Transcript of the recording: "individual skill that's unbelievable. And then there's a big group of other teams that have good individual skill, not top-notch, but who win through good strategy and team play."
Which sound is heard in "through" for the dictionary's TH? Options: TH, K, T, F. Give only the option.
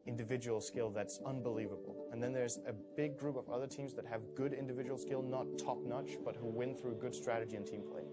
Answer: TH